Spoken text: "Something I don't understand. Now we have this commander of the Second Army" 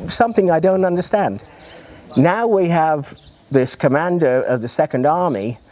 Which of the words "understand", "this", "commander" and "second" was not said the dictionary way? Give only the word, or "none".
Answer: none